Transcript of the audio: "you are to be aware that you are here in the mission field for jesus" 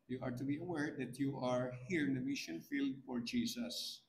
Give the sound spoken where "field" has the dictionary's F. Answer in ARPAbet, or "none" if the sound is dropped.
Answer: F